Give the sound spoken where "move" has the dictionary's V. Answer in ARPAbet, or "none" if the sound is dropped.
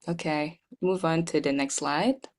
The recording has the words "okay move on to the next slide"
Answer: V